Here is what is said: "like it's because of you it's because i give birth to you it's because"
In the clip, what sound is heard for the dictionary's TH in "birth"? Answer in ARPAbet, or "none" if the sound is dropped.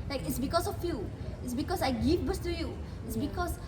S